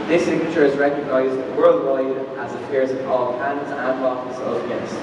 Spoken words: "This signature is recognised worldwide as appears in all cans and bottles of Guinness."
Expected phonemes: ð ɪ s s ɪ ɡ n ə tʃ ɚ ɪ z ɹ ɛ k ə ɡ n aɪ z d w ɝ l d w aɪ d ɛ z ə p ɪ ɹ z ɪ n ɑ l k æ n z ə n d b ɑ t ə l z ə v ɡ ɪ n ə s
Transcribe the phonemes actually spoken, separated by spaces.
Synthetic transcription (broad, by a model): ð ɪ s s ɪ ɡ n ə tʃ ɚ ɪ z ɹ ɛ k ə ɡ n aɪ z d w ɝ l d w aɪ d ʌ z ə f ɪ ɹ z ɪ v ɑ l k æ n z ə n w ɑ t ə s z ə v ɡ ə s